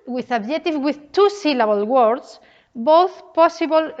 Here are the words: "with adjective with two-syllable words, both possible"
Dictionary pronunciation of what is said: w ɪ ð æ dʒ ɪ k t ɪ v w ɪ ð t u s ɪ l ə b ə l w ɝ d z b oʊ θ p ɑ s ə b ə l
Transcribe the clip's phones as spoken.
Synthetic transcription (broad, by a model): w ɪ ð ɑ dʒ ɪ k t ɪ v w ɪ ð t u s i l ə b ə l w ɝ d s b oʊ θ p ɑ s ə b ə l